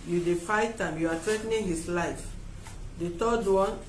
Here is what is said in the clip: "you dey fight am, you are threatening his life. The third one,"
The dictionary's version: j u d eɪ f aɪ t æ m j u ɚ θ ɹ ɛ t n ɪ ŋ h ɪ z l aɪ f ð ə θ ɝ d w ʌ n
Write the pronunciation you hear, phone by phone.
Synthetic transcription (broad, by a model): j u d eɪ f aɪ t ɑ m j u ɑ t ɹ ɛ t n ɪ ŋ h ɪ s l aɪ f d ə t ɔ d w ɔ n